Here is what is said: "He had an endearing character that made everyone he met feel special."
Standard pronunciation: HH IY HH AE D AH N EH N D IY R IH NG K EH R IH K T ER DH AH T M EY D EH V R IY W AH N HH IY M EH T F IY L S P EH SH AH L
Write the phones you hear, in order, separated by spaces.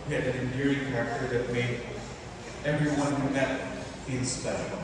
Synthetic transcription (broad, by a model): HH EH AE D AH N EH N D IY R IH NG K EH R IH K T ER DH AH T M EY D EH V R IY W AH N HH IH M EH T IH N S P EH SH L